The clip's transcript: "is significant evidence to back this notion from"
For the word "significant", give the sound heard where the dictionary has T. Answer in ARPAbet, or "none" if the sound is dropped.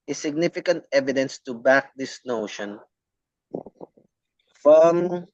T